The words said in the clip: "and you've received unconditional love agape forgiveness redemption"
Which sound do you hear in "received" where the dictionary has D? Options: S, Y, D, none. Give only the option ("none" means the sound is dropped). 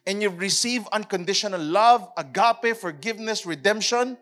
none